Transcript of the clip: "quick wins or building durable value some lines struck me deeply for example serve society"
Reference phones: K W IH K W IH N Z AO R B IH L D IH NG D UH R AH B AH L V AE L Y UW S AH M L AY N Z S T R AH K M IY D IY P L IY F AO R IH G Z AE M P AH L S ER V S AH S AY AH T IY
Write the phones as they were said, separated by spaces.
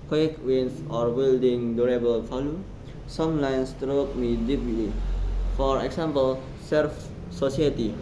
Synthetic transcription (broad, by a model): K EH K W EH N S AO R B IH L D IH NG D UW R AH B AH L F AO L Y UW S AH M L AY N S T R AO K M IY D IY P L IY F AO R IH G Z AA M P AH L S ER F S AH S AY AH T IY